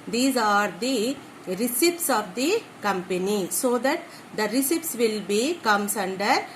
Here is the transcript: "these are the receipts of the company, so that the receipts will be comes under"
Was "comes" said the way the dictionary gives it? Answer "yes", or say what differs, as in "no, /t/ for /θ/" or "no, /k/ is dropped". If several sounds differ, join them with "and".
no, /s/ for /z/